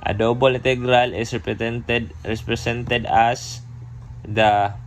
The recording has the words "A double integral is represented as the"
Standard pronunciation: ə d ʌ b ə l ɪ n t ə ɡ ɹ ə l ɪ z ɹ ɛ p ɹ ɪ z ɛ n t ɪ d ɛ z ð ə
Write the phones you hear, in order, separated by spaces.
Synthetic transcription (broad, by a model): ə d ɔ b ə l ɪ n t ə ɡ ɹ ə l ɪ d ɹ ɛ p ɹ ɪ s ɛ n t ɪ d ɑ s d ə